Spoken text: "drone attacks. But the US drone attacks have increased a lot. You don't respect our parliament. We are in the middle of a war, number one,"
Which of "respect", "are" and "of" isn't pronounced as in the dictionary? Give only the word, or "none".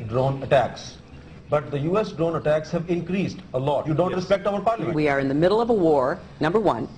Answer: none